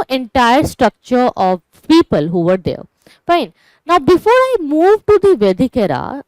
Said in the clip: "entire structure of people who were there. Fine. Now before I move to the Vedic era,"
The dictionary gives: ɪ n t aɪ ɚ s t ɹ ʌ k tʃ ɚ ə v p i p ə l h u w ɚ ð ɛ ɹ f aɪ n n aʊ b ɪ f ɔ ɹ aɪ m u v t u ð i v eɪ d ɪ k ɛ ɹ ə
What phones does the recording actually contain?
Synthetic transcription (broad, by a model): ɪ n t aɪ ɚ s t ɹ ʌ k tʃ ɚ ə v p i p ə l h u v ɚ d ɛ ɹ f aɪ n n aʊ b ɪ f ɔ ɹ aɪ m u v t u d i v eɪ d ɪ k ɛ ɹ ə